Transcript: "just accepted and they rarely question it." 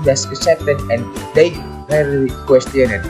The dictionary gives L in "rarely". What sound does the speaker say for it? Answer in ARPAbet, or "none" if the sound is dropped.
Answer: none